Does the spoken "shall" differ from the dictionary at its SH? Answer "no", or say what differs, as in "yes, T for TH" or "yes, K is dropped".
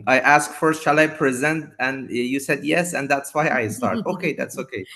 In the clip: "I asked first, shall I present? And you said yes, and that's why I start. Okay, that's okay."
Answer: no